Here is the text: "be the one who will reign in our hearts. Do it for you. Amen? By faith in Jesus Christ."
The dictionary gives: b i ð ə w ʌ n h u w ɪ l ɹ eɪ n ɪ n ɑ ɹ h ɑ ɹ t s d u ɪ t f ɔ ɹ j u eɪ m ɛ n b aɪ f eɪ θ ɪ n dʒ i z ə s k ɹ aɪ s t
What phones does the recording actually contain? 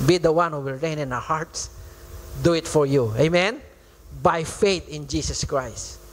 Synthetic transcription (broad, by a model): b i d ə w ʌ n h u w ɪ l ɹ eɪ n ɪ n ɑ w h ɑ ɹ t s d u ɪ t f ɔ ɹ j u eɪ m ɛ n b aɪ f eɪ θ ɪ n dʒ i s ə s k ɹ aɪ s t